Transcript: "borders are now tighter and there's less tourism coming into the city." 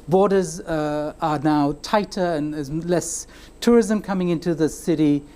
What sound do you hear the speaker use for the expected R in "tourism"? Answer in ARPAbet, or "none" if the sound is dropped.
R